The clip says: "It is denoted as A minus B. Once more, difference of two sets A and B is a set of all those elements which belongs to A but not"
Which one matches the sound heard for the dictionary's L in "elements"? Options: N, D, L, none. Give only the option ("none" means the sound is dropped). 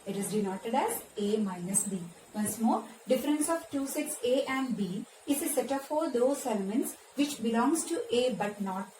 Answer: L